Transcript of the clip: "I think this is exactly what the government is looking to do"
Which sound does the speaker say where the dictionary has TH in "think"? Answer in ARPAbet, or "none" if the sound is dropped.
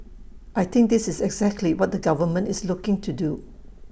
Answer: T